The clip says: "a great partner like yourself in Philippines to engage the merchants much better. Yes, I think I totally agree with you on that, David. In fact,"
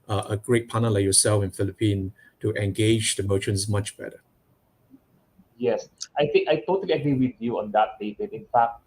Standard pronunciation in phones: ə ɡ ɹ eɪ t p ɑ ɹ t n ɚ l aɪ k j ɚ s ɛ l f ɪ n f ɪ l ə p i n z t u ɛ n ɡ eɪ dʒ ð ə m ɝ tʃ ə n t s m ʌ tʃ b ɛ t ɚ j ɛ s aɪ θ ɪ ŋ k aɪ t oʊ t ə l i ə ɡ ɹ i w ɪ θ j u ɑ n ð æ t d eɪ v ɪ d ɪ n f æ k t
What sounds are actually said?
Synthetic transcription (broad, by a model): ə ɡ ɹ eɪ t p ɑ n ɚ l aɪ k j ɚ s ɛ l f ɪ n f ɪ l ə p i n t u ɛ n ɡ eɪ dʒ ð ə m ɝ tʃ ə n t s m ʌ tʃ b ɛ t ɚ j ɛ s aɪ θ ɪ ŋ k aɪ t oʊ t ə l i ə ɡ ɹ i w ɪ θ j u ɑ n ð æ t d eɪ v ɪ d ɪ n f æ k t